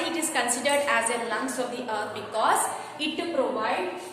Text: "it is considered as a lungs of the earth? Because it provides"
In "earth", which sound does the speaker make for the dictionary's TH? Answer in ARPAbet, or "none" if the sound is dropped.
T